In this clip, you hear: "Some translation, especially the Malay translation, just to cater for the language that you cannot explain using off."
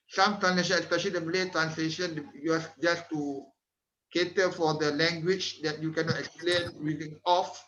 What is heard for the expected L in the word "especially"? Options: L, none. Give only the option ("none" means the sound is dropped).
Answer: none